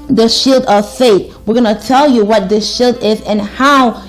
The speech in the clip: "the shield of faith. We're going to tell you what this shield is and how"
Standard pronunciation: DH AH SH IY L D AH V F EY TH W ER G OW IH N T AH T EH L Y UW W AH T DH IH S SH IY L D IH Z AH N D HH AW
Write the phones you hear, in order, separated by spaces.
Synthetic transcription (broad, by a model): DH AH SH IY L D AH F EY T W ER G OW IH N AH T EH L Y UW W AH T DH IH S SH IY L D IH Z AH N HH AW